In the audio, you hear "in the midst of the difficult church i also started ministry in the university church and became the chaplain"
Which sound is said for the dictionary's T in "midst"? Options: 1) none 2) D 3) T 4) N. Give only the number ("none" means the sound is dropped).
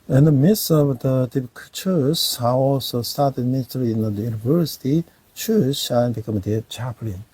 1